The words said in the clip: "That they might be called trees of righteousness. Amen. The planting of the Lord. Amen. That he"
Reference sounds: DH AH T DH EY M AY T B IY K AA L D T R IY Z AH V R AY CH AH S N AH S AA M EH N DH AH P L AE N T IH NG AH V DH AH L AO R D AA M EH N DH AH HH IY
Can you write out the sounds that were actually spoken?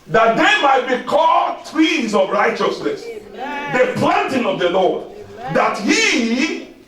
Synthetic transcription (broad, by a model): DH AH T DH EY M AY T B IY K AA L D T W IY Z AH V R AY CH AH S N AH S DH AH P L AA N T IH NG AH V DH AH L AO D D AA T HH IY